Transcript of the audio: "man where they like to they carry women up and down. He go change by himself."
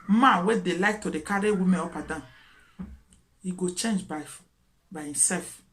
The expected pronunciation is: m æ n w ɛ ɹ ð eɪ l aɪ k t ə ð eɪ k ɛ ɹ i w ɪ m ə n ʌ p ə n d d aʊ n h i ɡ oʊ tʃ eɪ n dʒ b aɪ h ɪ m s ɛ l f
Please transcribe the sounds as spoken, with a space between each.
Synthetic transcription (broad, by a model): m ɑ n w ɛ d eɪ l aɪ k t ə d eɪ k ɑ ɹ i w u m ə ɔ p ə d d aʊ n h i ɡ oʊ tʃ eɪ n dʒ b aɪ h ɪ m s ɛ l f